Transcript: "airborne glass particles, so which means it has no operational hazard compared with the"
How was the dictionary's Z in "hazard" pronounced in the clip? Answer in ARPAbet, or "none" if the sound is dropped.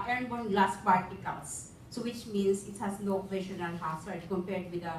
S